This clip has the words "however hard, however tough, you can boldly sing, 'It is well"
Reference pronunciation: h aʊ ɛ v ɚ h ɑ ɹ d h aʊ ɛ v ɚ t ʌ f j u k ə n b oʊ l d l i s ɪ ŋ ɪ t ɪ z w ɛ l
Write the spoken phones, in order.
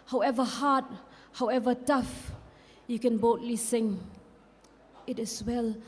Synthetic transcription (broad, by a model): h aʊ ɛ v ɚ h ɑ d h aʊ ɛ v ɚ t ʌ f j u k ə n b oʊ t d l i s ɪ ŋ ɪ t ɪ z w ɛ l